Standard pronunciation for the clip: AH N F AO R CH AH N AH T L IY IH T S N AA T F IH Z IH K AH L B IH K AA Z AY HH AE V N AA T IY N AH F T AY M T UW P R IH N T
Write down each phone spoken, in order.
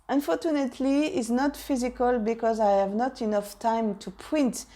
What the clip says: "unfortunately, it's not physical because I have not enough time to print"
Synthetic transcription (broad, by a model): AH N F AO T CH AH N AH T L IY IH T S N AA T F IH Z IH K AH L B IH K AA Z AY HH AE V N AA T IY N AH F T AY M T UW P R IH N T